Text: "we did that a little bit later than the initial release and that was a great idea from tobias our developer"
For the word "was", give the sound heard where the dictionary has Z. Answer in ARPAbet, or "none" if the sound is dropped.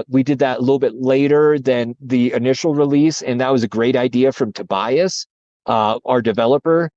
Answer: Z